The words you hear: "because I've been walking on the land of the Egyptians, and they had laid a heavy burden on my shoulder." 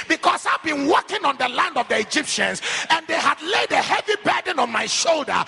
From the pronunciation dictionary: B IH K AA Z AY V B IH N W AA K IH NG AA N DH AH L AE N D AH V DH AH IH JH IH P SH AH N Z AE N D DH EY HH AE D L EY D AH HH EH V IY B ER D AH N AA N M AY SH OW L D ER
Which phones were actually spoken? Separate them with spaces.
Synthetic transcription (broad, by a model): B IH K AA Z AY V B IH N W AA K IH NG AA N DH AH L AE N D AH V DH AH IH JH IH P SH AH N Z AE N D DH EY HH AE D L EY D AH HH EH V IY B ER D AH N AA N M AY SH OW L D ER